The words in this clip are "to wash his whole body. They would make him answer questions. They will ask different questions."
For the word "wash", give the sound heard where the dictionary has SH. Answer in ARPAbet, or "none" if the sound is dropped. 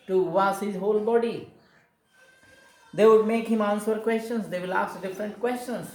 S